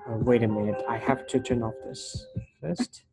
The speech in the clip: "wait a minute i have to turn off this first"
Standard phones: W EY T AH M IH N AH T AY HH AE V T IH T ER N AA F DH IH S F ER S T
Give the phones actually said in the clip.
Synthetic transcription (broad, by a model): W EY T AH M IH N AH T AY HH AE F T IH T ER N AA F DH IH S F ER S T